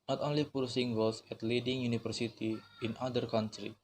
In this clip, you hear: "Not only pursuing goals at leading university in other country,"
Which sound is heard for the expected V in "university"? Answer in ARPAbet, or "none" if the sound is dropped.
F